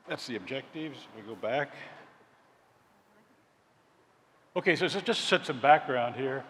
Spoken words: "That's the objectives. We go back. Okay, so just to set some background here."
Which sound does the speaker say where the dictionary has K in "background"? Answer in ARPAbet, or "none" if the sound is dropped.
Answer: K